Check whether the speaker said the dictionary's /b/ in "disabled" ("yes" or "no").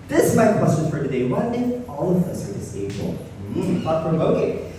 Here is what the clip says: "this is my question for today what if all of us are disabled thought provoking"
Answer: no